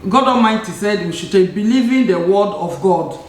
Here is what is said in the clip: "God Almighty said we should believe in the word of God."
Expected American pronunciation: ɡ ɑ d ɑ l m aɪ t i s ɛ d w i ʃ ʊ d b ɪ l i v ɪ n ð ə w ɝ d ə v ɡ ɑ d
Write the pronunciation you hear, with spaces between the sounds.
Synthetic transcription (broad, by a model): ɡ ɑ d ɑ m aɪ t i s ɛ d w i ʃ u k b ɪ l i v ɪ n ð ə w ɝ d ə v ɡ ɑ d